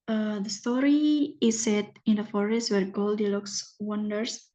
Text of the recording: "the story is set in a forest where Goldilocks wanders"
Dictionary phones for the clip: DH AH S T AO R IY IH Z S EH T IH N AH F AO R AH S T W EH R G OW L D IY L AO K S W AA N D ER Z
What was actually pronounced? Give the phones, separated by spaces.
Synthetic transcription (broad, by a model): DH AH S T AO R IY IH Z S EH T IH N AH F AO R AH S T W EH R G OW L D IY L AO K S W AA N D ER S